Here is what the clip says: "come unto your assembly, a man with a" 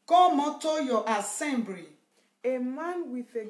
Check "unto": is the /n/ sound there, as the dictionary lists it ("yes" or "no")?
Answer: no